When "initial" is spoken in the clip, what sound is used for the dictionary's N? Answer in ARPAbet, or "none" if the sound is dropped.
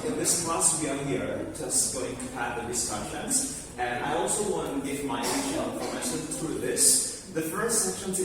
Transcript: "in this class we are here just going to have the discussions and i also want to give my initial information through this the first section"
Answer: none